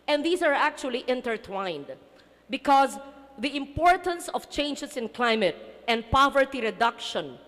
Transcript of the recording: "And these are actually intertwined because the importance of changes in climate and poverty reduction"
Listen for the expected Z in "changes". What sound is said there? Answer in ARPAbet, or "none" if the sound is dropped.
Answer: S